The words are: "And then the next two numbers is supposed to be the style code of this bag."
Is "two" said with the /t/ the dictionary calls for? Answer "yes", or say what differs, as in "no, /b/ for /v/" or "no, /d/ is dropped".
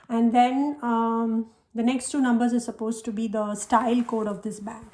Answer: yes